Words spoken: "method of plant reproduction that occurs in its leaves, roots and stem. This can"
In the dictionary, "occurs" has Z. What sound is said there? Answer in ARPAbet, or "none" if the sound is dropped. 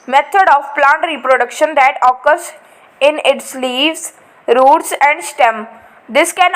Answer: S